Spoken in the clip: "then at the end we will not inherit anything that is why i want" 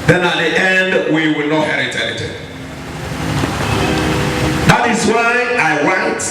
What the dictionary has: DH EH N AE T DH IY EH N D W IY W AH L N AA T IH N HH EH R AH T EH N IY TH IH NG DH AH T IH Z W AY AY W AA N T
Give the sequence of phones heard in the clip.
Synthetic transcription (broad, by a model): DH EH N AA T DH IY EH N D W IY W AH L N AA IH HH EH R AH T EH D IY T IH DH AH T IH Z W AY AY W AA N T